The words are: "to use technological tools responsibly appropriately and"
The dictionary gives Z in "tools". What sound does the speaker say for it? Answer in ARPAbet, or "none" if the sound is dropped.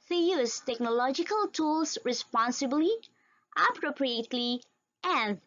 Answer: S